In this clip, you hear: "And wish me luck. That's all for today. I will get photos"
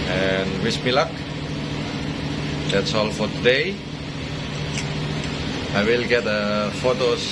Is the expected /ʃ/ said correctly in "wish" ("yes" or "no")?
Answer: no